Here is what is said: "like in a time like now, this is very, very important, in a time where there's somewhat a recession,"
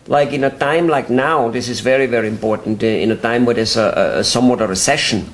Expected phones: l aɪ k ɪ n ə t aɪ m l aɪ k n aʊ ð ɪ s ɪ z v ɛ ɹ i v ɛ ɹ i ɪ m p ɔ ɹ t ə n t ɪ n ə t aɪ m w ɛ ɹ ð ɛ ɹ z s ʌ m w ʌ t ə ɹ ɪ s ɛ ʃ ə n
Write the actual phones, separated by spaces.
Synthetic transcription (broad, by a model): l aɪ k ɪ n ə t aɪ m l aɪ k n aʊ ð ɪ s ɪ z v ɛ ɹ i v ɛ ɹ i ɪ m p ɔ ɹ t n t ɪ n ə t aɪ m w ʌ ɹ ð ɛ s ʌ s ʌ m w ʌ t ə ɹ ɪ s ɛ ʃ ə n